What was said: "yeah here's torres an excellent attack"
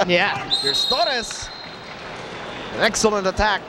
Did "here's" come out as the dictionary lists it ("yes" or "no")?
no